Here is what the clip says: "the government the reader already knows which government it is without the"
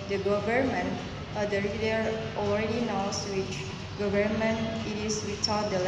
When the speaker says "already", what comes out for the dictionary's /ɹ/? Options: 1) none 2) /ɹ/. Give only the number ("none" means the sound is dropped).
2